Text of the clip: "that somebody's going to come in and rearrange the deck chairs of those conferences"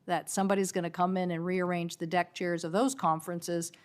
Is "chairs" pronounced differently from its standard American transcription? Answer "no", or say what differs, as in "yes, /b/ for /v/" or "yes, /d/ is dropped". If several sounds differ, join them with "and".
no